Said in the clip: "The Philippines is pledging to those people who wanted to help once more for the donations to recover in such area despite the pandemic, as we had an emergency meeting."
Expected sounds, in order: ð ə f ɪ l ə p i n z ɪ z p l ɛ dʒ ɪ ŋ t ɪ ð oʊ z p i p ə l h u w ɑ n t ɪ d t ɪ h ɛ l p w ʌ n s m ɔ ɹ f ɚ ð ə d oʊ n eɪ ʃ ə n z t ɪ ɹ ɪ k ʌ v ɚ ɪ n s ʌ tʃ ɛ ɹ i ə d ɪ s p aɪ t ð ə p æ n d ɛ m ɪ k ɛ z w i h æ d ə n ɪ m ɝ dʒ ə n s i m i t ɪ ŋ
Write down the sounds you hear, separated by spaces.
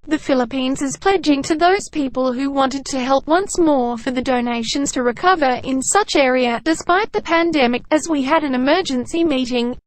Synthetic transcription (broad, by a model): ð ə f ɪ l ə p i n z ɪ z p l ɛ dʒ ɪ ŋ t ɪ ð oʊ z p i p ə l h u w ɑ n t ɪ d t ɪ h ɛ l p w ʌ n s m ɔ ɹ f ɚ ð ə d oʊ n eɪ ʃ ə n z t ɪ ɹ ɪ k ʌ v ɚ ɪ n s ʌ tʃ ɛ ɹ i ə d ɪ s p aɪ t ð ə p æ n d ɛ m ɪ k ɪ z w i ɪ d ə n ɪ m ɝ dʒ ə n s i m i t ɪ ŋ